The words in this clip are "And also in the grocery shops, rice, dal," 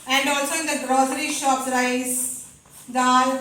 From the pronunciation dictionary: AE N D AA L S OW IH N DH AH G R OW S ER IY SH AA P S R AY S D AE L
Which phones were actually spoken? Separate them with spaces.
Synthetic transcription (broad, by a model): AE N D AA L S OW IH N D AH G R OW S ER IY SH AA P R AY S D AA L